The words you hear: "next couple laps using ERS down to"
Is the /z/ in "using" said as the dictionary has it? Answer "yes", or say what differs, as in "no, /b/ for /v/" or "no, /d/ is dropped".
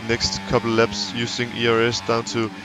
no, /s/ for /z/